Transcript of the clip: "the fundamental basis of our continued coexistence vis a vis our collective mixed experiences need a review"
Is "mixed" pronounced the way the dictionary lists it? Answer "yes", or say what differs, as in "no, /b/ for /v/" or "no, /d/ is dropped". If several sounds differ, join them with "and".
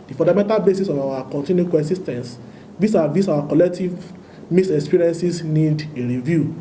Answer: no, /k/ is dropped and /t/ is dropped